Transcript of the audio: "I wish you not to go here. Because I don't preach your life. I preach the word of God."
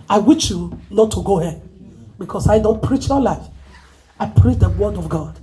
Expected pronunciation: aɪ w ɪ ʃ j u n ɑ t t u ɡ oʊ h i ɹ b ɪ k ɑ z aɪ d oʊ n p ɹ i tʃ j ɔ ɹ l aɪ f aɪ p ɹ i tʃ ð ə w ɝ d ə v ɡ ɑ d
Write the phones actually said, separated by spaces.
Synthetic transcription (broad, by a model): aɪ w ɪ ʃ j u n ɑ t t u ɡ oʊ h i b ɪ k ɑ s aɪ d oʊ n p ɹ i tʃ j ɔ l aɪ f aɪ p ɹ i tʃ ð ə w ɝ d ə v ɡ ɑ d